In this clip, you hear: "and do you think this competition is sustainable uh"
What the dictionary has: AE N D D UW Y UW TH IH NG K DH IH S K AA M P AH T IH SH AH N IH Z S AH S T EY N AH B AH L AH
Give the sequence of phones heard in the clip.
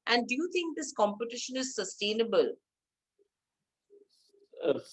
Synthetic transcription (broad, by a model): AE N D D UW Y UW T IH NG K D IH S K AA M P AH T IH SH AH N IH Z S AH S T EY N AH B AH L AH